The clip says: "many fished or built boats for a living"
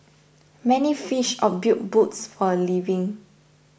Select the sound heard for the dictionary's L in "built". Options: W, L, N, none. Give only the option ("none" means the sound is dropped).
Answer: none